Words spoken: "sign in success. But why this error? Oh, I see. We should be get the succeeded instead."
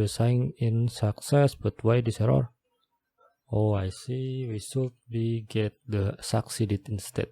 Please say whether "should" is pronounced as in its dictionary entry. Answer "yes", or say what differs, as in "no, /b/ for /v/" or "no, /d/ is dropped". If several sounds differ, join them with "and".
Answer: no, /s/ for /ʃ/